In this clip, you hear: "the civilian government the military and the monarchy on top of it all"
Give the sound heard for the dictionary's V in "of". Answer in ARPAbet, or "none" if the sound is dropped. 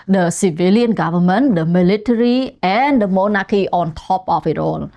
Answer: F